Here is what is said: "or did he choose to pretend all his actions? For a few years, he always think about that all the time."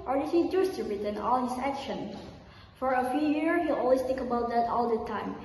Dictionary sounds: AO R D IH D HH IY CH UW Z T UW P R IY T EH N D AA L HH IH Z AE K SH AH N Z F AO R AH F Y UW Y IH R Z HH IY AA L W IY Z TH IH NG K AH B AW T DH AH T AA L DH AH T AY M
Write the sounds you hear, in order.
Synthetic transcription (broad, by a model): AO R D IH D HH IY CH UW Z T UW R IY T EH N AA L HH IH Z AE K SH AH N F AO R AH F Y UW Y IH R HH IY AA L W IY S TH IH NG K AH B AW T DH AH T AA L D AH T AY M